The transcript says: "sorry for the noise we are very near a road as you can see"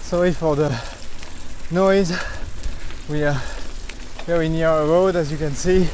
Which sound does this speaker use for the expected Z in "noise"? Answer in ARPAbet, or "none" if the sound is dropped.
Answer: Z